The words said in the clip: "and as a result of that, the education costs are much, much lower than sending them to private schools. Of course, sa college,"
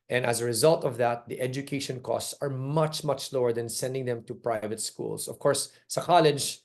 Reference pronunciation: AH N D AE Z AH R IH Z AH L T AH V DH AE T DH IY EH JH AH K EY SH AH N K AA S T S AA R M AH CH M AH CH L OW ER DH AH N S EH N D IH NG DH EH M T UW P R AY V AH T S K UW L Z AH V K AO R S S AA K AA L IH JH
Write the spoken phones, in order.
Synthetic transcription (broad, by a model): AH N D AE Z AH R IH Z AH L T AH V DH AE T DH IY EH JH AH K EY SH AH N K AA S T S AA R M AH CH M AH CH L OW ER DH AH N S EH N D IH NG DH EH M T UW P R AY V AH T S K UW L S AH V K AO R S S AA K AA L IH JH